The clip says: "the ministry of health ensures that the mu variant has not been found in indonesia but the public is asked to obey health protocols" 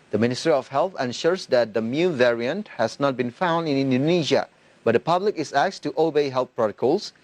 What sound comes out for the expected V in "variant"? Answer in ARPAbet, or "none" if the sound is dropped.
V